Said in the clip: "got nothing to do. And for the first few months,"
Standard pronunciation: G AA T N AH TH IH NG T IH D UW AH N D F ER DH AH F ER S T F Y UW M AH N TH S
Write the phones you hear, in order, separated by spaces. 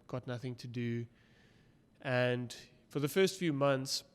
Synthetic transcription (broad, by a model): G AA T N AH TH IH NG T IH D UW AH N D F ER DH AH F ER S T F Y UW M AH N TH S